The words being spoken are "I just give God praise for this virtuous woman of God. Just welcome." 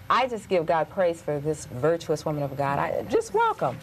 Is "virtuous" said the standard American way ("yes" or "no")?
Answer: yes